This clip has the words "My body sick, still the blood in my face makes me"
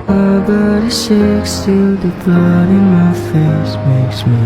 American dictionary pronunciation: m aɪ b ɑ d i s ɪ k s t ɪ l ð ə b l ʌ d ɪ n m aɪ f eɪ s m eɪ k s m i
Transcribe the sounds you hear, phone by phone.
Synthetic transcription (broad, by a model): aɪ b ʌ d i ʃ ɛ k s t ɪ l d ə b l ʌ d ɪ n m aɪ f eɪ s m eɪ k s m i